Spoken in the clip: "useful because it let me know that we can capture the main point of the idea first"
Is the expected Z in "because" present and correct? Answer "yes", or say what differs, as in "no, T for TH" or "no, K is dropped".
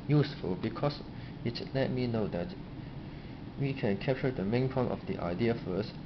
no, S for Z